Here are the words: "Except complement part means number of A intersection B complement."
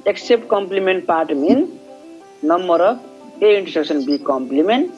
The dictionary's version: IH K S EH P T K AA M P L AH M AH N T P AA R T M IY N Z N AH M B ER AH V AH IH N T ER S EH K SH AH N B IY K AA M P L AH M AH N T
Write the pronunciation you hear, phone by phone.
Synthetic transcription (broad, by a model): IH K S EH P T K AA M P L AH M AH N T P AA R T M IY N N AH M B ER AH P AH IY N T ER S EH K S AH N B IY K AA M P L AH M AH N T